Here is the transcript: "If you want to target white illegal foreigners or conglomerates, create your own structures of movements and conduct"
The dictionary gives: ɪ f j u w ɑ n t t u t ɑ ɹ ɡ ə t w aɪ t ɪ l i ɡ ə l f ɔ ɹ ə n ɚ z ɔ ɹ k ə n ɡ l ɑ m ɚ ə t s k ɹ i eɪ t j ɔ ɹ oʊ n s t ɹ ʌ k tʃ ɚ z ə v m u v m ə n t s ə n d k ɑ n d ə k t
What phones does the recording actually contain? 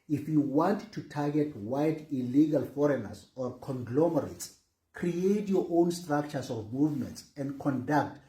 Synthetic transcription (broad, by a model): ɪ f j u w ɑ n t t u t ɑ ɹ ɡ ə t w aɪ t ɪ l i ɡ ə l f ɔ ɹ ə n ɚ s ɔ ɹ k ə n ɡ l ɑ m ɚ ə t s k ɹ i eɪ t j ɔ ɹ oʊ n s t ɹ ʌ k tʃ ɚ s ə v m u v m ə n t s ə n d k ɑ n d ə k t